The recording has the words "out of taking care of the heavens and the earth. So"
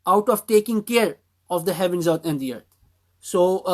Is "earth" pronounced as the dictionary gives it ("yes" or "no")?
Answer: no